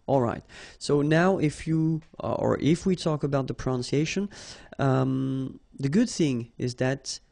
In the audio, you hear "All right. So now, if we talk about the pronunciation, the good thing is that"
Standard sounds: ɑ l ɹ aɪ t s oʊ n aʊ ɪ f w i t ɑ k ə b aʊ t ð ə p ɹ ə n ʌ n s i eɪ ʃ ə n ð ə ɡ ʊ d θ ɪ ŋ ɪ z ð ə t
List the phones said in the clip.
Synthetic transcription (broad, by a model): ɑ l ɹ aɪ t s oʊ n aʊ ɪ f w i t ɑ k ə b aʊ t ð ə p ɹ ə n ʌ n s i eɪ ʃ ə n ð ə ɡ ʊ d θ ɪ ŋ ɪ z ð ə t